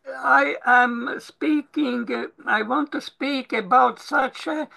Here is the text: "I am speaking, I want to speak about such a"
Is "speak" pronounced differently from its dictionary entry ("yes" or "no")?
no